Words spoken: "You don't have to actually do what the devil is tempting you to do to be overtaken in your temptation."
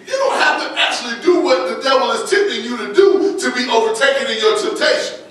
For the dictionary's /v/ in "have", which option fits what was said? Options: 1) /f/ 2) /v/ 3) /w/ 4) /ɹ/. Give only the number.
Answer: 1